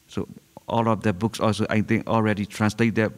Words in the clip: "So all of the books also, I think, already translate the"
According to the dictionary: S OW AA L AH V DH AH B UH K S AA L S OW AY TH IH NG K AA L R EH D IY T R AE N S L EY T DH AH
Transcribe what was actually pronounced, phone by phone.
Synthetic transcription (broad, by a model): S OW AA L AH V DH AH B UH K S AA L S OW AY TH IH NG AA L R EH D IY T R AE N S L EY T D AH